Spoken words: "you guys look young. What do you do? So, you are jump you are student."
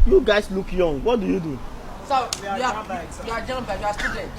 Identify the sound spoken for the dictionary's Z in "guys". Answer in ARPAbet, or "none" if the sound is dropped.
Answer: S